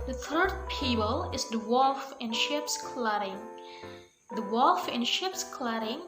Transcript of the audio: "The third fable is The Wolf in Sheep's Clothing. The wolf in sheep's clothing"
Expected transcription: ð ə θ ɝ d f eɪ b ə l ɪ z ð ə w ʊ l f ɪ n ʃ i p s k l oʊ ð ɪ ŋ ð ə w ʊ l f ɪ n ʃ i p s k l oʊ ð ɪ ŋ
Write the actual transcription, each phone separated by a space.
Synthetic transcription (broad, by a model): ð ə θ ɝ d p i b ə l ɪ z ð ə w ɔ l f ɪ n ʃ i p s k l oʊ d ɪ ŋ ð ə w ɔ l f ɪ n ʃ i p s k l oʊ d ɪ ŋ